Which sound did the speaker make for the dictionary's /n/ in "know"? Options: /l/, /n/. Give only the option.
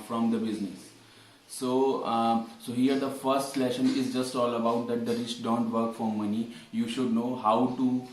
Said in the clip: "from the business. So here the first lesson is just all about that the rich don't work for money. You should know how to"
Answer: /n/